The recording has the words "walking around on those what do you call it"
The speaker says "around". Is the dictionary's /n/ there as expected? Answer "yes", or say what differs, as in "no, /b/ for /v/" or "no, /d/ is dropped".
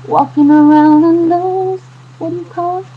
yes